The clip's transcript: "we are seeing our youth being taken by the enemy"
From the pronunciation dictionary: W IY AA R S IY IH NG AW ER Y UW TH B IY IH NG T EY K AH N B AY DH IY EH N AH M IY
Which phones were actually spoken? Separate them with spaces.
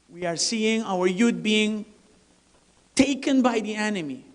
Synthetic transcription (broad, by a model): W IY AA R S IY IH NG AW ER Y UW T B IY IH NG T EY K AH N B AY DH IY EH N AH M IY